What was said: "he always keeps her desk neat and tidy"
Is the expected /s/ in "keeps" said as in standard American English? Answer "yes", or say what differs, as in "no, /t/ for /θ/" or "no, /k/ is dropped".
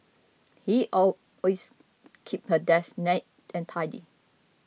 no, /s/ is dropped